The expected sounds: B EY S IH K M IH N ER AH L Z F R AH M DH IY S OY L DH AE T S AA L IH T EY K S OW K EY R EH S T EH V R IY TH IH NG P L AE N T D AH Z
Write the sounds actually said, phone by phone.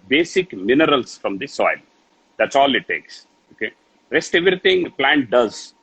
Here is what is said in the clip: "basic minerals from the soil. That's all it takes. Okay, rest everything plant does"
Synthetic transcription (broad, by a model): B EY S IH K M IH N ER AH L S F R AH M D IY S OY L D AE T S AA L IH T EY K S OW K EY R EH S T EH V R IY T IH NG P L AE N T D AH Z